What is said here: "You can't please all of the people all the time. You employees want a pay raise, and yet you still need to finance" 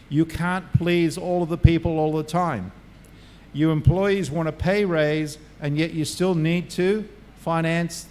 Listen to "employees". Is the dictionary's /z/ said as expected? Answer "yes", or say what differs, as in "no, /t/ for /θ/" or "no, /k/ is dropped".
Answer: yes